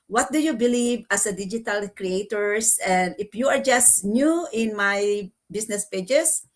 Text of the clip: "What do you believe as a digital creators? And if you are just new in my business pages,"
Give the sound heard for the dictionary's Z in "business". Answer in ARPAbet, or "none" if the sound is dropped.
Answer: S